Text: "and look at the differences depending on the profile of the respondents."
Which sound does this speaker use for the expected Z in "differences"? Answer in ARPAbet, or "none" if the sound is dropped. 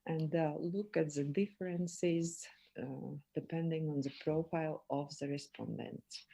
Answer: Z